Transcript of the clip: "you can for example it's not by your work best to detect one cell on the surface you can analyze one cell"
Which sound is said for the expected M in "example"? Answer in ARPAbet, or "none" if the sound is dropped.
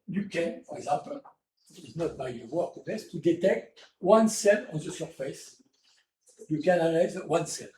none